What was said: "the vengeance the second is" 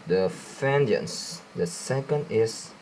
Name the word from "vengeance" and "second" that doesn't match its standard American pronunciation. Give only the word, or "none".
vengeance